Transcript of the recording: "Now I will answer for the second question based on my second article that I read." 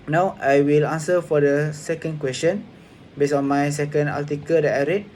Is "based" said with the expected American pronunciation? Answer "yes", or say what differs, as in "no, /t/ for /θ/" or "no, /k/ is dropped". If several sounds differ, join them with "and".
no, /t/ is dropped